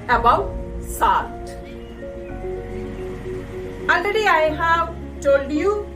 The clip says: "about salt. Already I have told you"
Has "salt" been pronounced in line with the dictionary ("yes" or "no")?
no